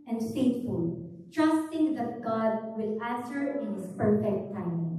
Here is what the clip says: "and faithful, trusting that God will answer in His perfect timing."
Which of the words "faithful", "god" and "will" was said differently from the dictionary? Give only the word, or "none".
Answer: faithful